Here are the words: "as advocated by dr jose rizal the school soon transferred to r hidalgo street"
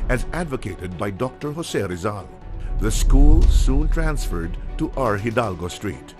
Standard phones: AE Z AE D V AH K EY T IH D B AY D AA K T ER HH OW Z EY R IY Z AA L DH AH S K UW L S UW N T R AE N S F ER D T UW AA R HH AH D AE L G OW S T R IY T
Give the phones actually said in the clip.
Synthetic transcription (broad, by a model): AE Z AE D V AH K EY T IH D B AY D AA K T ER HH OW S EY R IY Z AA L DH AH S K UW L S UW N T R AE N S F ER D T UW AA R HH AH D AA L G OW S T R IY T